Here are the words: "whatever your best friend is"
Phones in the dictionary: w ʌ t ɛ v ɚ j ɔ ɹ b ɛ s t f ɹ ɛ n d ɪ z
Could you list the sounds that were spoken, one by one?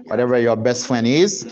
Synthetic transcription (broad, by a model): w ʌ t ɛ v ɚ j ɔ ɹ b ɛ s t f l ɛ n ɪ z